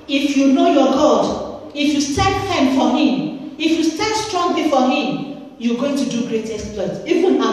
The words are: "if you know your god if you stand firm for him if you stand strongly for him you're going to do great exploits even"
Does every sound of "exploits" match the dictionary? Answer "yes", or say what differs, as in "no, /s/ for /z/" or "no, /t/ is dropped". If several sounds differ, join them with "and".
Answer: no, /k/ is dropped